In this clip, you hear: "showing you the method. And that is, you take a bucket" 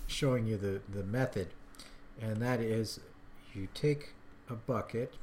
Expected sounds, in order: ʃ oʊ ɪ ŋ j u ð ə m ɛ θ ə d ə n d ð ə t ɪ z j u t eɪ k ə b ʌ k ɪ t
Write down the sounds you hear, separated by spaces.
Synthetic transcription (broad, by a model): ʃ oʊ ɪ ŋ j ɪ ð ə m ɛ θ ə d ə n ð ə t ɪ z j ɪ t eɪ k ə b ʌ k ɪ t